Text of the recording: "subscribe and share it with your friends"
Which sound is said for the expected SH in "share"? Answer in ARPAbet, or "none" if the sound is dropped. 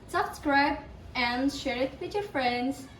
SH